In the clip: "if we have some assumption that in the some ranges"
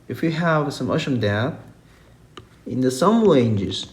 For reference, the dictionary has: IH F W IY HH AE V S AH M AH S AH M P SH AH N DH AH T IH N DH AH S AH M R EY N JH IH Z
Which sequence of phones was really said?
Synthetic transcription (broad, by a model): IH F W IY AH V S AH M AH SH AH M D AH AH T IH N DH AH S AH M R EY N JH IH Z